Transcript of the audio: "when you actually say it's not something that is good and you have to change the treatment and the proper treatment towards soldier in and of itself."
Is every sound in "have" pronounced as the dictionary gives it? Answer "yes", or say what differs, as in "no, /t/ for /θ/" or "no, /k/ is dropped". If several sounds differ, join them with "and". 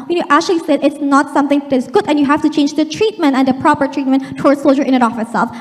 no, /f/ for /v/